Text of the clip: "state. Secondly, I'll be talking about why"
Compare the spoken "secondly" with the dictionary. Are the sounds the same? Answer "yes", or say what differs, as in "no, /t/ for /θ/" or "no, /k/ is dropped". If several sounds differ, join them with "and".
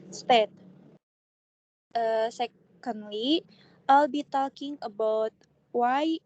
yes